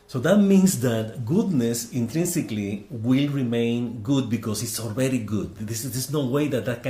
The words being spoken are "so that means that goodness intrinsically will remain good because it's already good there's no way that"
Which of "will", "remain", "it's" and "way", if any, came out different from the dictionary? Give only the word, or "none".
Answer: none